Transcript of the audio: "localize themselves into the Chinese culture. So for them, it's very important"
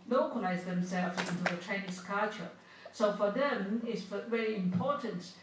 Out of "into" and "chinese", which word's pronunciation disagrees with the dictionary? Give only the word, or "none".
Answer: chinese